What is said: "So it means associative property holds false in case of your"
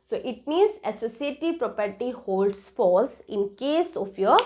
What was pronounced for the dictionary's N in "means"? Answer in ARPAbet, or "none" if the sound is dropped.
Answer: none